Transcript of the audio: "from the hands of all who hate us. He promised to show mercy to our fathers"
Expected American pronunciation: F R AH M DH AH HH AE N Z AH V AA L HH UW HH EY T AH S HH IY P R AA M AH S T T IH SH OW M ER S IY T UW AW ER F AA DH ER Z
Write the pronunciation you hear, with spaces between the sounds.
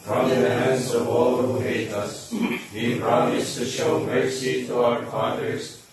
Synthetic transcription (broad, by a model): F R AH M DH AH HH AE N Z AH V AA L HH UW HH EY T AH S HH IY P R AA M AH S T T IH SH OW M ER S IY T UW AW ER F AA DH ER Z